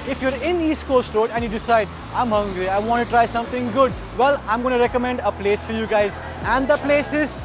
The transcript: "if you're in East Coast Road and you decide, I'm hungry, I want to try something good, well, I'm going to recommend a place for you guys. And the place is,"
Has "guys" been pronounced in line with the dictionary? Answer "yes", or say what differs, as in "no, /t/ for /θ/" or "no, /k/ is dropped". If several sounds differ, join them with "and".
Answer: yes